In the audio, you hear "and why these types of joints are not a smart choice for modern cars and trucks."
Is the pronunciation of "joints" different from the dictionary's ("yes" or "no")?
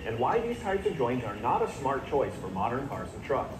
yes